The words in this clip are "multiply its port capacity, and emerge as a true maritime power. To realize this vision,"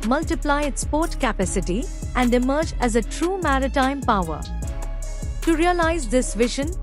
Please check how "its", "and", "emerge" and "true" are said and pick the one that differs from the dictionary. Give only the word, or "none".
none